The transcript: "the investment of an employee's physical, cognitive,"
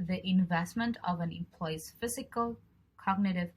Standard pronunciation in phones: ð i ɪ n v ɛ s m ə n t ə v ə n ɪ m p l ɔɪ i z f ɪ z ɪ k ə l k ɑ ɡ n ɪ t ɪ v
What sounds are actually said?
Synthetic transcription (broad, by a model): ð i ɪ n v ɛ s m ə n t ə v ə n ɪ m p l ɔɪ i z f ɪ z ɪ k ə l k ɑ ɡ n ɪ t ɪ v